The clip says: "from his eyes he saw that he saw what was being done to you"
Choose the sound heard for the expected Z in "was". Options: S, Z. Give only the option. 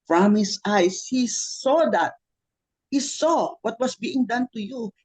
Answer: S